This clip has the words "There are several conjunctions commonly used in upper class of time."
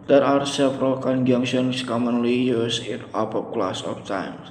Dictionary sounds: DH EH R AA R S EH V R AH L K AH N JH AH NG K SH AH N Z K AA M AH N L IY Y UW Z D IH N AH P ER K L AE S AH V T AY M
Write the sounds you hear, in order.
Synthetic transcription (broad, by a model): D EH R AA R S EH F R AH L K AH N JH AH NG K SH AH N S K AA M AH N L IY Y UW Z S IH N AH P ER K L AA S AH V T AY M